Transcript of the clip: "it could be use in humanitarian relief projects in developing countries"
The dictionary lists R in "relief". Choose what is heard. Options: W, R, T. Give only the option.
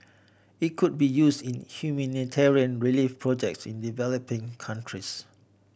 R